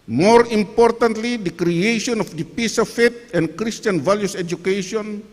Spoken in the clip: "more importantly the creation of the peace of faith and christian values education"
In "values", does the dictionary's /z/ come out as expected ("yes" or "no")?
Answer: no